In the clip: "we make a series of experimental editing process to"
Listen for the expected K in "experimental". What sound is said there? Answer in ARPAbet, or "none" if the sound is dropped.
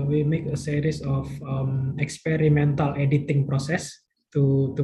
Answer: K